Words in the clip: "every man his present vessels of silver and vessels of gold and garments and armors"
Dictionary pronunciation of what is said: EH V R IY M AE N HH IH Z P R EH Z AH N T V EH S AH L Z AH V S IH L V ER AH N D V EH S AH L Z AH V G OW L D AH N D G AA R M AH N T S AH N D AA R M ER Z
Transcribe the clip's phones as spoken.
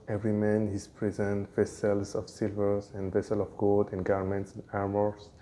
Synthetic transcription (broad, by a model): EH V R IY M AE N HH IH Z P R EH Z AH N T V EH S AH L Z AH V S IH L V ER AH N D V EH S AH L AH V G OW L D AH N G AA R M AH N T S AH N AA R M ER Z